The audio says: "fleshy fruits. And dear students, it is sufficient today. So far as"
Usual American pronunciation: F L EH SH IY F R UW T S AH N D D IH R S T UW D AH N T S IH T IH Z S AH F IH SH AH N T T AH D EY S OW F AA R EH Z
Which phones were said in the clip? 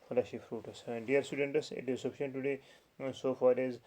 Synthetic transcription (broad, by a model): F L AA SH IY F R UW T AH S D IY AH R S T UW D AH N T S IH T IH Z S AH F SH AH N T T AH D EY S OW F AA R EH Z